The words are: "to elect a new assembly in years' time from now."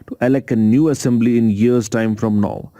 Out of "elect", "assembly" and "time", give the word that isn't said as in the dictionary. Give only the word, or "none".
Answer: elect